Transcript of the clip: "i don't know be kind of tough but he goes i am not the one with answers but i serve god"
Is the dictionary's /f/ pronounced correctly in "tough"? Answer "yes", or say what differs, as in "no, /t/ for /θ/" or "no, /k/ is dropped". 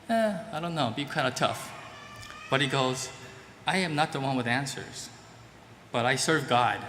yes